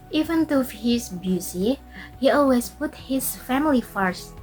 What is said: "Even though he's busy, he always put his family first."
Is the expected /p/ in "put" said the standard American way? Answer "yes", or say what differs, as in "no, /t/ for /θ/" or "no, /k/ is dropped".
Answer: yes